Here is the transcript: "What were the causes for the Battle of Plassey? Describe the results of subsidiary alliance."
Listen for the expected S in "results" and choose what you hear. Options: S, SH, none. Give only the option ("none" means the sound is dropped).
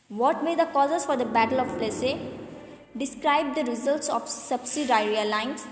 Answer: S